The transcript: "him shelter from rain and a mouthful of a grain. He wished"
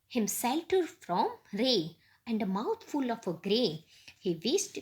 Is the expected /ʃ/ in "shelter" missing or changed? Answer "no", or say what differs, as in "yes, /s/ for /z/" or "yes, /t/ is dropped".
yes, /s/ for /ʃ/